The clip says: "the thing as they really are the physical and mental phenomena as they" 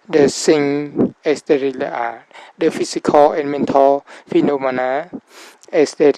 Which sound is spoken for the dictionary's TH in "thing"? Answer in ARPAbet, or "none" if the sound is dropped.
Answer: S